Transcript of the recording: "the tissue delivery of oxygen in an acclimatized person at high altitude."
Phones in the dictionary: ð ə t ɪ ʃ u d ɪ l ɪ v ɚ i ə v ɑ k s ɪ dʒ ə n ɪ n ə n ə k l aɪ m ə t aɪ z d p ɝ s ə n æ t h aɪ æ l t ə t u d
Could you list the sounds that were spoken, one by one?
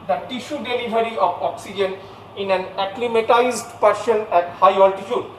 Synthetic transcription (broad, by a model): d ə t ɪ ʃ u d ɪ l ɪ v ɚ i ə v ɑ k s ɪ dʒ ə n ɪ n ə n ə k l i m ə t aɪ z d p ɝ ʃ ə n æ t h aɪ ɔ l t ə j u d